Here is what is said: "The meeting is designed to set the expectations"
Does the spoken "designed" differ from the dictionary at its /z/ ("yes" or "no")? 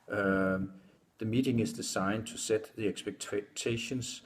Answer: yes